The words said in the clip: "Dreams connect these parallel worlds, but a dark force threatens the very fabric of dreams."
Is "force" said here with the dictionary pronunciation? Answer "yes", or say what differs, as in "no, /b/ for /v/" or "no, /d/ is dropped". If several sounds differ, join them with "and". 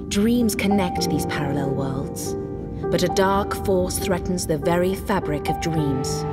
yes